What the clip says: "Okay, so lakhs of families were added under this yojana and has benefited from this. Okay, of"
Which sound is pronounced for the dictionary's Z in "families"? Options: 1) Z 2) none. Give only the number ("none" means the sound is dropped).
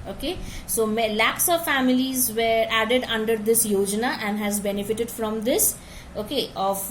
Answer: 1